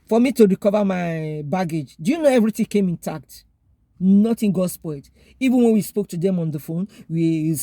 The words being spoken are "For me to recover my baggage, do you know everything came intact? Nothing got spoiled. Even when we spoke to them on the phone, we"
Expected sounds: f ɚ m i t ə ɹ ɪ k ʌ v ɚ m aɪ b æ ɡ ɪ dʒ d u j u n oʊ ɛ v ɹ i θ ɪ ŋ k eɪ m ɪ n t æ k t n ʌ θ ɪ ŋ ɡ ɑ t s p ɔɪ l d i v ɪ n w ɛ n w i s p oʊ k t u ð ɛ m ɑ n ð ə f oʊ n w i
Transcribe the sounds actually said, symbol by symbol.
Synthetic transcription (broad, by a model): f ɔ m i t ə ɹ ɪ k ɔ v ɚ m aɪ b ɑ ɡ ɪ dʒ d u j u n oʊ ɛ v ɹ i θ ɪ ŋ k eɪ m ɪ n t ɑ k t n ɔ t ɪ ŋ ɡ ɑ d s p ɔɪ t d i v ɪ n w ɛ n w i s p oʊ k t u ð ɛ m ɑ n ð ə f oʊ n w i